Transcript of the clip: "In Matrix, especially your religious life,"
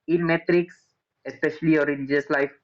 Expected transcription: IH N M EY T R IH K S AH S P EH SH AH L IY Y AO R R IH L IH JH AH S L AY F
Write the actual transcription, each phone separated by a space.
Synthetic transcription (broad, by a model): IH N M EY T R IH K S AH S P EH SH AH L IY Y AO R R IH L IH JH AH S L AY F